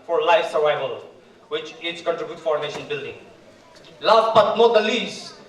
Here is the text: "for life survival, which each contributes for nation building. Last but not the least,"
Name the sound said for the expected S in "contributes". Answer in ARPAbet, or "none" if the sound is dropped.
none